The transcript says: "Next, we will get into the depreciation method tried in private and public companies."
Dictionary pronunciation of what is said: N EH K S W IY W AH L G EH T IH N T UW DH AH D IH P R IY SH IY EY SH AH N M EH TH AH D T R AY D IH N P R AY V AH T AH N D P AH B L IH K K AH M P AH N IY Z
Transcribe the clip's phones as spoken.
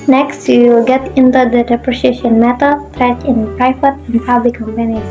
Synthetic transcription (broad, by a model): N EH K S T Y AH L G EH T IH N T UW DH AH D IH P R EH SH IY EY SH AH N M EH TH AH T R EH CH IH N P R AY F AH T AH N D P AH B L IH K K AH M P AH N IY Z